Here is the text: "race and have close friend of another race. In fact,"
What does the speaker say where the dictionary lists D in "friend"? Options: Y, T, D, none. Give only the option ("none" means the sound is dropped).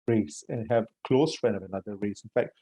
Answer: none